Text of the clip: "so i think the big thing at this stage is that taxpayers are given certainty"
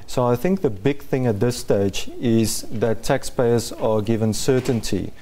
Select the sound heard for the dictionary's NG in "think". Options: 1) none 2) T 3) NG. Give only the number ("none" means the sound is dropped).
3